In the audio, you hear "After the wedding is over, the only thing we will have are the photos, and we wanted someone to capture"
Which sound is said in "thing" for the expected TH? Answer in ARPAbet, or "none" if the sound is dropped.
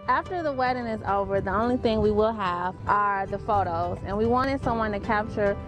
TH